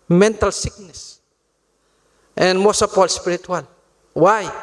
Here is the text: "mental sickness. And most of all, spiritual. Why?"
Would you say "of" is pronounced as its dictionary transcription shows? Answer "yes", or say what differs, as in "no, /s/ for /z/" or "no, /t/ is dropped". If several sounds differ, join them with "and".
no, /p/ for /v/